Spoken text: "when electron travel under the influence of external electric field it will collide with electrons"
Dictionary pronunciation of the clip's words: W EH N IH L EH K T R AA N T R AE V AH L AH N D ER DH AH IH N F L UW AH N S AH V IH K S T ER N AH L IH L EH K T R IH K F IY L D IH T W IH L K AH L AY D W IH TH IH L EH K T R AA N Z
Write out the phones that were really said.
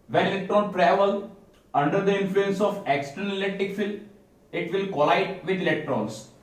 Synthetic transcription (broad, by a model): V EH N IH L EH K T R AA N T R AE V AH L AH N D ER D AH IH N F L UW AH N S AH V IH K S T ER N AH L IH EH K T IH K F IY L IH T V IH L K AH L AY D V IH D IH L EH K T R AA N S